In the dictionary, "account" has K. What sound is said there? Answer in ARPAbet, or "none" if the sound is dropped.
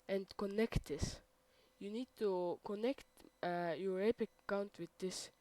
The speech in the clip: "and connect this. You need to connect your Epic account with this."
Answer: none